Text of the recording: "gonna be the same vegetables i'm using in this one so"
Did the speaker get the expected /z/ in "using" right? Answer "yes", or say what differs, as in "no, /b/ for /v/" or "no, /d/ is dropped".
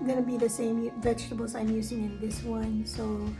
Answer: yes